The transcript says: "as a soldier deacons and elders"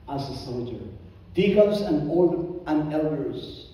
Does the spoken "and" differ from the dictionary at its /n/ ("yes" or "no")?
yes